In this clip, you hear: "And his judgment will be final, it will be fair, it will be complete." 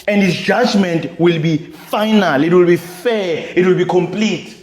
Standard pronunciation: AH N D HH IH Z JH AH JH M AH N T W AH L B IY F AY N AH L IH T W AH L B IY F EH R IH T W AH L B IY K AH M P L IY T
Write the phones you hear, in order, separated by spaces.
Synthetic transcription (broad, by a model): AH N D HH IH S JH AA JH M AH N T W AH L B IY F AY N AH L IH T W AH L B IY F EH IH T W AH L B IY K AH M P L IY T